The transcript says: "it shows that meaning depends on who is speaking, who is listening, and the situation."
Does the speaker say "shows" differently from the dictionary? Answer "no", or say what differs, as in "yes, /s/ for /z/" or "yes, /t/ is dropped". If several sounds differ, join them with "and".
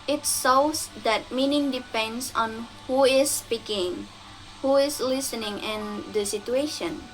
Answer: yes, /s/ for /ʃ/